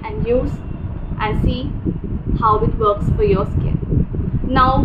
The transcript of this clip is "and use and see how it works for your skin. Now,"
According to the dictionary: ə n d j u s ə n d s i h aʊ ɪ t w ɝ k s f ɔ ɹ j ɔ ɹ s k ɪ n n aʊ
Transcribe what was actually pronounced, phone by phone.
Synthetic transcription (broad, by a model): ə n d j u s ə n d s i h aʊ ɪ t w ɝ k s f ɔ ɹ j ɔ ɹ s k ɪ l n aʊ